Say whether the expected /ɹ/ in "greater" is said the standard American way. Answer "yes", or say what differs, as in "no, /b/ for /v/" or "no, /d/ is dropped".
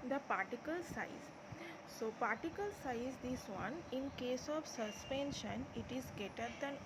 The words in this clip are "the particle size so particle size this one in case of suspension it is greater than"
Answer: no, /ɹ/ is dropped